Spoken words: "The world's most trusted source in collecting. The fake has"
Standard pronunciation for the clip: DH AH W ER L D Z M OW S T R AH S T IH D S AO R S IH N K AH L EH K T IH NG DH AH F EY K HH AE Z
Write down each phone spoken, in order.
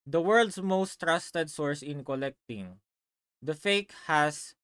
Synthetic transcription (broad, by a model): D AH W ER L D S M OW S T R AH S T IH D S AO R S IH N K AH L EH K T IH NG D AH F EY K HH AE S